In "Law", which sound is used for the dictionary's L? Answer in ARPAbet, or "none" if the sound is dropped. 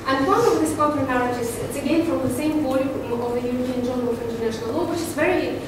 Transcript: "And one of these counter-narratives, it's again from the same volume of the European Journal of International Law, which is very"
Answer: L